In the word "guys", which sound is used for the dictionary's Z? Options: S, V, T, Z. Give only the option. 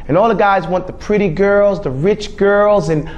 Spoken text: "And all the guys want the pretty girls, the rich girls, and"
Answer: Z